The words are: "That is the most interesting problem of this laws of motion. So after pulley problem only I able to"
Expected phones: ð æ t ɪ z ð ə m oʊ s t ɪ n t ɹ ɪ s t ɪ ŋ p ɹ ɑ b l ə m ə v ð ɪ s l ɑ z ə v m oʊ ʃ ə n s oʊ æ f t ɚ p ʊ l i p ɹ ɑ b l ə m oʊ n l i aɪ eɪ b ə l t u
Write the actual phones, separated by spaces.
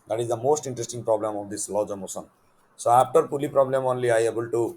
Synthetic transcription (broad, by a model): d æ t ɪ z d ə m oʊ s t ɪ n t ɹ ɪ s t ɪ ŋ p ɹ ɑ b l ə m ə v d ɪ s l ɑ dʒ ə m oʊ s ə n s oʊ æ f t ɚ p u l i p ɹ ɑ b l ə m oʊ n l i aɪ eɪ b ə l t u